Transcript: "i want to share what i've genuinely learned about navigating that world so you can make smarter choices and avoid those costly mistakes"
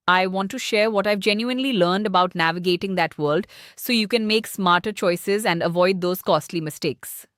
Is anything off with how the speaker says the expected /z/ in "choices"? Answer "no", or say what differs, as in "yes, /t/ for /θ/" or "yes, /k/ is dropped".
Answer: no